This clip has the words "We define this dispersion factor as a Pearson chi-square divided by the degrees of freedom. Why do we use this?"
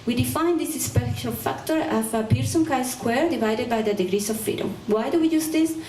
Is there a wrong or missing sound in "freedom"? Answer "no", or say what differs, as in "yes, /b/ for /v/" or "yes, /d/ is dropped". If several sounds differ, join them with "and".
yes, /ɹ/ is dropped